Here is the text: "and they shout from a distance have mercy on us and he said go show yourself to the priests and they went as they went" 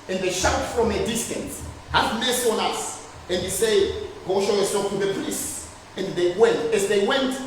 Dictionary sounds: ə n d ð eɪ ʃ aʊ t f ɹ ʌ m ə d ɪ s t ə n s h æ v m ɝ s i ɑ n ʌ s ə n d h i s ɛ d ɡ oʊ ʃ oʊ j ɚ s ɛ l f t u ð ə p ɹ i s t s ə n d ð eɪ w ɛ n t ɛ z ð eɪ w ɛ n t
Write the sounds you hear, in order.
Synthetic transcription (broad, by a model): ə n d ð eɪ ʃ aʊ t f ɹ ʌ m ə d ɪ s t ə n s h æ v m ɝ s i ɑ n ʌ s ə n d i s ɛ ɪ ɡ oʊ ʃ oʊ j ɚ s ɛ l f t u ð ə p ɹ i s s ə n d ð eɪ w ɛ n t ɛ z ð eɪ w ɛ n t